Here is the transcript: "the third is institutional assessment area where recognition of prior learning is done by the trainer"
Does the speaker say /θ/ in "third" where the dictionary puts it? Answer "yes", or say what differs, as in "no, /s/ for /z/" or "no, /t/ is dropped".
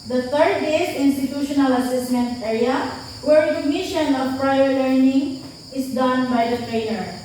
no, /t/ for /θ/